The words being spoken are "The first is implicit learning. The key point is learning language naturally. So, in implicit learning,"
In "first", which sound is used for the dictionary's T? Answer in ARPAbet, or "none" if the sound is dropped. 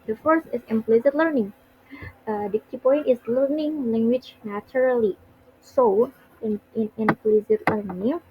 none